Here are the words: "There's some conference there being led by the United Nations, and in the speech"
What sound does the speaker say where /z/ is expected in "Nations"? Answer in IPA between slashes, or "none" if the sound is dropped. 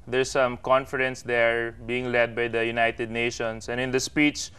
/s/